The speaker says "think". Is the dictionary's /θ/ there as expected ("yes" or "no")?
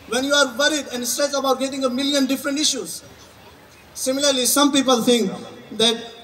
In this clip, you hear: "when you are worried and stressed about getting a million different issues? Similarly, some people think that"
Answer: no